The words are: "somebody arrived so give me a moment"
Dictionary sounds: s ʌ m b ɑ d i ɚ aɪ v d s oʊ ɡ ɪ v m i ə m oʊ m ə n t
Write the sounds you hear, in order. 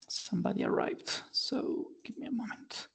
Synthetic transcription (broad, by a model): s ʌ m b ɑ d i ɚ aɪ v d s oʊ ɡ ɪ v m i ə m oʊ m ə n t